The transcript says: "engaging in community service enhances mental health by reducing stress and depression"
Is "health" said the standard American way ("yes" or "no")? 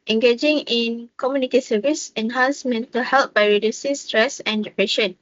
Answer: no